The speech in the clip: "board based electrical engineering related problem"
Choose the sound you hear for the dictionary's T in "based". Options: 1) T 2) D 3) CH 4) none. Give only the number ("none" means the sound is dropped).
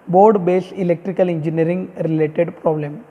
4